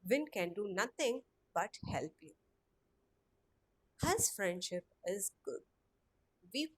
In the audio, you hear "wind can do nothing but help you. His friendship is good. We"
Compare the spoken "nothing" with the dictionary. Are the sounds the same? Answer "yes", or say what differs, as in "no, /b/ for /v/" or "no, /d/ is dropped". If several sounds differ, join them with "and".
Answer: no, /t/ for /θ/